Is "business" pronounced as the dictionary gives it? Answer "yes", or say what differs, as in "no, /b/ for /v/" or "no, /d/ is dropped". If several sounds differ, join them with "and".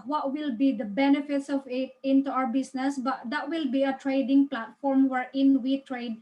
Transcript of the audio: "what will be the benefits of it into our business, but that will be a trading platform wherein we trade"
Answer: no, /s/ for /z/